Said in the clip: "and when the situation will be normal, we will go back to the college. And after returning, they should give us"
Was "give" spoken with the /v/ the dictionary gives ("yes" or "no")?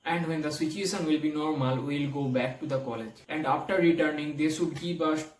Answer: no